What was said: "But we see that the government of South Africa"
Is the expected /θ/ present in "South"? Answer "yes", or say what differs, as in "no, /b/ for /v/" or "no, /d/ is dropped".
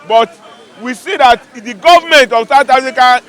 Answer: no, /t/ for /θ/